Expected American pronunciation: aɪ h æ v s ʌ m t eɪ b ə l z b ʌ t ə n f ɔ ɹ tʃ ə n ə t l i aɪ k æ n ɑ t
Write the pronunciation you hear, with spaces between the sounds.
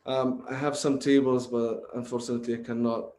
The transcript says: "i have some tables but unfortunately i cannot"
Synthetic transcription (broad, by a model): aɪ h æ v s ʌ m t eɪ b ə l z b ʌ t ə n f ɔ ɹ tʃ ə n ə t l i aɪ k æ n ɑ t